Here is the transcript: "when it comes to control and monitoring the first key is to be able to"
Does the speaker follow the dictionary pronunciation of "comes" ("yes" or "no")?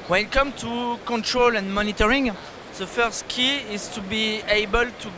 no